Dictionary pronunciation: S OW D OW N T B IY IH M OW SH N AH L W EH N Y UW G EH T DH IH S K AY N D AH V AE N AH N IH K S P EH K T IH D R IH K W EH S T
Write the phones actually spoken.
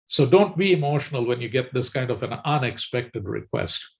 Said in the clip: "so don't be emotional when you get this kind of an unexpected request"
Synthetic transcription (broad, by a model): S OW D OW N T B IY IH M OW SH N AH L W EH N Y UW G EH T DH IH S K AY N D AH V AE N AH N IH K S P EH K T IH D R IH K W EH S T